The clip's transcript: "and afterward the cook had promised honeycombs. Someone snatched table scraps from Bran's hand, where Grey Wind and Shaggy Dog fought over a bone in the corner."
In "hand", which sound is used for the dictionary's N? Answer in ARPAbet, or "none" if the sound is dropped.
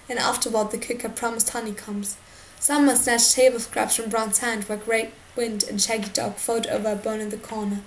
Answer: N